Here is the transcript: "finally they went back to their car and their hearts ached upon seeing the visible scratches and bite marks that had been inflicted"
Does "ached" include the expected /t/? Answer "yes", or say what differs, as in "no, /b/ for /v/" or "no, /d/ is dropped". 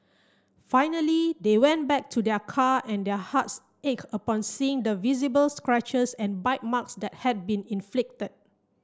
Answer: no, /t/ is dropped